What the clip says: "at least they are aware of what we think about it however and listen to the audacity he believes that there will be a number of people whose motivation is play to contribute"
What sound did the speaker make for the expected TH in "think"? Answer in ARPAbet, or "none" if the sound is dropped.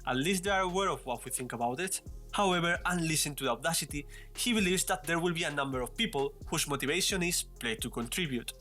TH